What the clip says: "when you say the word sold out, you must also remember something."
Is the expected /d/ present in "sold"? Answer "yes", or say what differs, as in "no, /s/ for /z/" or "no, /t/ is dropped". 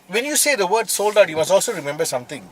yes